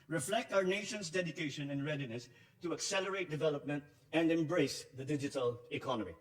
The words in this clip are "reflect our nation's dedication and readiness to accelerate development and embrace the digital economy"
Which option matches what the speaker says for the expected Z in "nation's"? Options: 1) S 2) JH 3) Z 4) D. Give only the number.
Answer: 1